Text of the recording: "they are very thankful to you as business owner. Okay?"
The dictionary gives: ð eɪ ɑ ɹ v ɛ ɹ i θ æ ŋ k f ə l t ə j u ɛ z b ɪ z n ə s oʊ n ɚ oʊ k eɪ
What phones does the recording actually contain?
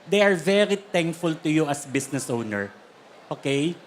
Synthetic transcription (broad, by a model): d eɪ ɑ ɹ v ɛ ɹ i t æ ŋ k f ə l t ə j u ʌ s b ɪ s n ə s oʊ n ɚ oʊ k eɪ